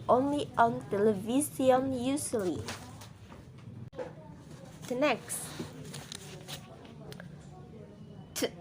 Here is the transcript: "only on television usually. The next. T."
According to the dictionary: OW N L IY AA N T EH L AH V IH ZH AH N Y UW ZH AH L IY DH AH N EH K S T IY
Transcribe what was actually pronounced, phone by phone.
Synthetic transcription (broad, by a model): OW N L IY AA N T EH L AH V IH S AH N Y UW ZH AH L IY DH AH N EH K S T